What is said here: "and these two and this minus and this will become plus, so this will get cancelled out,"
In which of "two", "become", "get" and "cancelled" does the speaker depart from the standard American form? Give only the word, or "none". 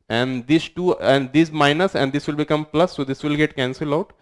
cancelled